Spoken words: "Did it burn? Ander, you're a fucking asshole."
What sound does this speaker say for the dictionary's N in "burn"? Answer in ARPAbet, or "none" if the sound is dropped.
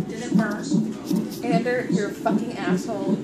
none